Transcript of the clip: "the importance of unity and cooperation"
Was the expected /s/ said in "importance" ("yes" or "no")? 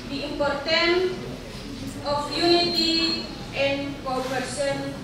no